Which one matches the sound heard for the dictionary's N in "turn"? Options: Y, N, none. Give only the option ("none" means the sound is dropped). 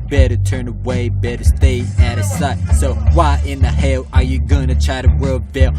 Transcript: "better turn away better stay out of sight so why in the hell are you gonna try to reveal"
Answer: N